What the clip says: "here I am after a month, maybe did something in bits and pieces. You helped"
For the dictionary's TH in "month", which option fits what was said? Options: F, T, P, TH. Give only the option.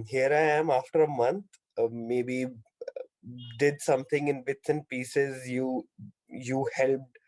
T